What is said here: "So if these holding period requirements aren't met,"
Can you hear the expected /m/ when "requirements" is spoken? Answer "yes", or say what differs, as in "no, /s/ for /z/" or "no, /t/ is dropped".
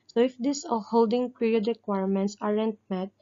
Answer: yes